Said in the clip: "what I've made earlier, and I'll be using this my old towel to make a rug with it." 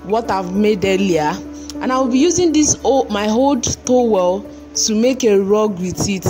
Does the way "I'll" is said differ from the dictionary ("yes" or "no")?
yes